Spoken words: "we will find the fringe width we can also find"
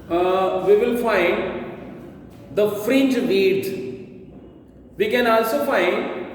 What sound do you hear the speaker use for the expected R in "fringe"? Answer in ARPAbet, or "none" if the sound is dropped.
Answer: R